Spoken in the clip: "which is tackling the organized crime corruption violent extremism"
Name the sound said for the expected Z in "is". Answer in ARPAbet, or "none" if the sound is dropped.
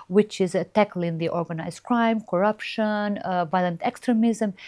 Z